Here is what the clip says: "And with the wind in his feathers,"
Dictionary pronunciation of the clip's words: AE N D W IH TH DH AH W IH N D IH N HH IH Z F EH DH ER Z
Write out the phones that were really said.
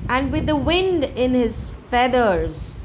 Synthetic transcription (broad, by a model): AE N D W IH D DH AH W IH N D IH N HH IH Z F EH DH ER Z